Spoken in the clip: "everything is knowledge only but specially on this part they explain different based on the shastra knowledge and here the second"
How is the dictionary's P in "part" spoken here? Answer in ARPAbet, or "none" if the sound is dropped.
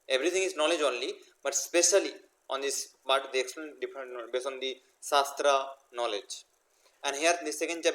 B